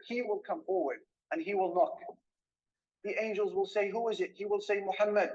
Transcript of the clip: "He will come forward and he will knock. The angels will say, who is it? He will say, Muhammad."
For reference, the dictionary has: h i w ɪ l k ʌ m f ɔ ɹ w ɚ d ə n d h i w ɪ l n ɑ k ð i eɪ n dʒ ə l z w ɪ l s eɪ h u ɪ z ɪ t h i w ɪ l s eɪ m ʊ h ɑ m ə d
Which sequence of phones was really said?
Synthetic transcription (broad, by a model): h i w ɪ l k ʌ m f ɔ ɹ w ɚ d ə n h i w ɪ l n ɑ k ð i eɪ n dʒ ə l z w ɪ l s eɪ h u ɪ z ɪ t h i w ɪ l s eɪ m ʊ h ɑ m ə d